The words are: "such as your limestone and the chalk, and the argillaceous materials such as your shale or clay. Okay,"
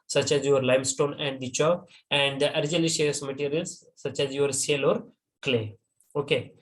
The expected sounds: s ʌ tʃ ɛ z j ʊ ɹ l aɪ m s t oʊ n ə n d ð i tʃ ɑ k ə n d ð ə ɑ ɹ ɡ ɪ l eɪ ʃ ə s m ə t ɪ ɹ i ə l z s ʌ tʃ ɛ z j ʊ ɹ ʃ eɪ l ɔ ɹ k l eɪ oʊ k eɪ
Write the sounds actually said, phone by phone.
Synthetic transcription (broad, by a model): s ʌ tʃ ɛ z j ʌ ɹ l aɪ m s t oʊ n ə n d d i tʃ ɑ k ə n d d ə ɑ ɹ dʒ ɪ l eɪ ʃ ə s m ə t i ɹ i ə l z s ʌ tʃ ɛ z j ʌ ɹ s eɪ l ɔ ɹ k l eɪ oʊ k eɪ